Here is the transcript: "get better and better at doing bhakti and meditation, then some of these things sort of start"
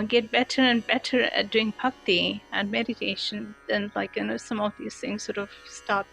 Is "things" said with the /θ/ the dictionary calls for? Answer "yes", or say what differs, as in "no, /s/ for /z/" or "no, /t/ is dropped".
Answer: yes